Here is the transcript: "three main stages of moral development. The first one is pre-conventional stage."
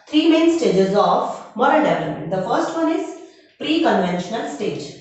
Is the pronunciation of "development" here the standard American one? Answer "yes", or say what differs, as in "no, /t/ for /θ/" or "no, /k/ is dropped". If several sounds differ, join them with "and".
no, /p/ is dropped